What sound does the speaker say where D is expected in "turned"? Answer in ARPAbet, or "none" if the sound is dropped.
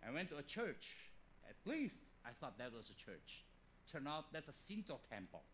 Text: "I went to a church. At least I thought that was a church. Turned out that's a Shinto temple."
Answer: none